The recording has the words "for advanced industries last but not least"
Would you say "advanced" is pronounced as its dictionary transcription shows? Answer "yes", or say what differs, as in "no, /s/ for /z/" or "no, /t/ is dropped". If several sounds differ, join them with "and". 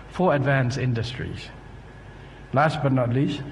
no, /t/ is dropped